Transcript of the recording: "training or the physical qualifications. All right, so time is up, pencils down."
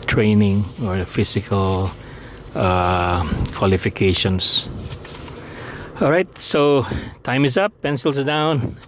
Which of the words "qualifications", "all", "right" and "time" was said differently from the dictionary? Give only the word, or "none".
qualifications